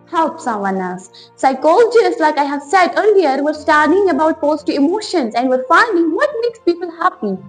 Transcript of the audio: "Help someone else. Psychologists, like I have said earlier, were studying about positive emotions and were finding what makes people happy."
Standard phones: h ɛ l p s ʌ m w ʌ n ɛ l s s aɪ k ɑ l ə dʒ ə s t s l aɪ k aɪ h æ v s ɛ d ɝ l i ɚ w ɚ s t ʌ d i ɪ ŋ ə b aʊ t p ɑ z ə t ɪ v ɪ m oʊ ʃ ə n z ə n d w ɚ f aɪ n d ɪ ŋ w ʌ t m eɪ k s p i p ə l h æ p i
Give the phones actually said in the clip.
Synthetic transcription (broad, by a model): h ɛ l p s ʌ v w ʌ n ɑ s s aɪ k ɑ l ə dʒ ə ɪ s l aɪ k aɪ h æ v s ɛ d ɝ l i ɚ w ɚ s t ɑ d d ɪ ŋ ə b aʊ t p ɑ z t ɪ ɪ m oʊ ʃ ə n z ə n d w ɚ f aɪ n d ɪ ŋ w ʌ t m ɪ k s p i p ə l h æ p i